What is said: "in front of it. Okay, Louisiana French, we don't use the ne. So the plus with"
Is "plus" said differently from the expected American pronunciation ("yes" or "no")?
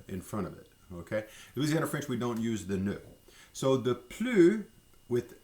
yes